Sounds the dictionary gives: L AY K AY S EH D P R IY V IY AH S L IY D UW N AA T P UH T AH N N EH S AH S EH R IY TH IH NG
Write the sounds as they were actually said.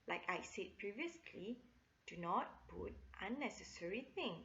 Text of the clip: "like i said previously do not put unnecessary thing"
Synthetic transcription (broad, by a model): L AY K AY S EH D P R IY V IY AH S L IY D UW N AA T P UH T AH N N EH S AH S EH R IY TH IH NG